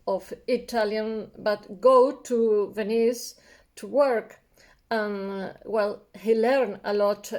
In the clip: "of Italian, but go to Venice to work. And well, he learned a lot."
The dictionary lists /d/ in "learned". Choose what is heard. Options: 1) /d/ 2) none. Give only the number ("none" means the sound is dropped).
2